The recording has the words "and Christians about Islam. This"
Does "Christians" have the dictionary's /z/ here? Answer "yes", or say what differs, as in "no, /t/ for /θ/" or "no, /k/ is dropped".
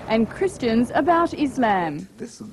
yes